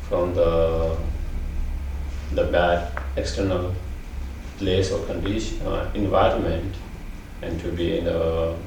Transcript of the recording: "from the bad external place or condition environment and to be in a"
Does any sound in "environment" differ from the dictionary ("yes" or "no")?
no